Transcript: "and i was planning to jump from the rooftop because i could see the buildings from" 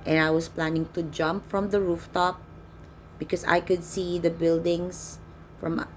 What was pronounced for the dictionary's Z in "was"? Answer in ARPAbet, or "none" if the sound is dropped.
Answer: S